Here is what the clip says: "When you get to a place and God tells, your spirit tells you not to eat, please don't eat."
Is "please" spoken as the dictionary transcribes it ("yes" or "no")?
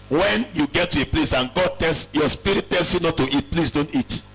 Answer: no